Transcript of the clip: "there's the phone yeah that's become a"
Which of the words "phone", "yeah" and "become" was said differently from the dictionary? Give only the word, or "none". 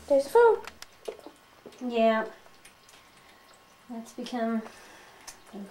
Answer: phone